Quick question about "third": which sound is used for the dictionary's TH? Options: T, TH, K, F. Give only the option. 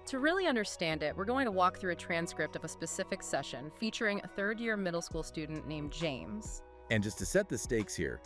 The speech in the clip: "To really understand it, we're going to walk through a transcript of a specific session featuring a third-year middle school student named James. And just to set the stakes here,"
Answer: TH